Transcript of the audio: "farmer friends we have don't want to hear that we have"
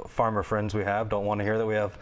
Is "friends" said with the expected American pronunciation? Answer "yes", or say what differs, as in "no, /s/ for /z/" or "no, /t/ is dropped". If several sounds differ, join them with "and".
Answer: yes